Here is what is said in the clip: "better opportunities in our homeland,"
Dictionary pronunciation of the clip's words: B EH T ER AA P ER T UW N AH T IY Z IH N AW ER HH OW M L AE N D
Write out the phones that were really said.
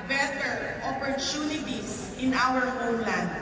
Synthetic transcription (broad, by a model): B EH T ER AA P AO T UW N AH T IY S IH N AW ER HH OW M L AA N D